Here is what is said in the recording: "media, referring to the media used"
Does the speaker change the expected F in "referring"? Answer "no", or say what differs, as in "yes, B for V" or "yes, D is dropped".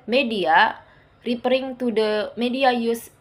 yes, P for F